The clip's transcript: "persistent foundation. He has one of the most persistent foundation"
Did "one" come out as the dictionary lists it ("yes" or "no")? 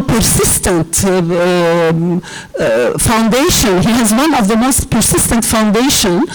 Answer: yes